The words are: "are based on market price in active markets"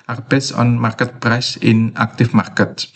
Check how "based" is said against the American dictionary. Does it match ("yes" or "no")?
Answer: no